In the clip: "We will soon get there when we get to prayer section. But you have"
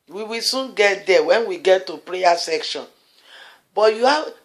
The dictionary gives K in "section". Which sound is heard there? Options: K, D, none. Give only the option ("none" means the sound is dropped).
K